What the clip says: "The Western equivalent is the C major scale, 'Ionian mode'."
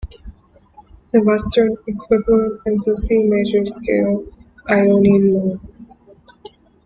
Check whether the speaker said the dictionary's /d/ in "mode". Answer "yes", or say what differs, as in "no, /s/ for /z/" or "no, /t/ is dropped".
no, /d/ is dropped